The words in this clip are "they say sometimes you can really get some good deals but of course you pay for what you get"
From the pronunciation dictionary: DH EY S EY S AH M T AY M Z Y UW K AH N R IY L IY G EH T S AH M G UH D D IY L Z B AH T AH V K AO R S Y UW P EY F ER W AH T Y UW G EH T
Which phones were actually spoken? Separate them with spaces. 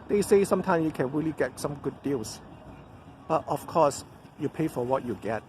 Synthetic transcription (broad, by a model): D EY S EY S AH M T AY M S Y UW K AH N R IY L IY G EH T S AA M G UH D D IY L S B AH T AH F K AO S Y UW P EY F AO W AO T Y UW G EH T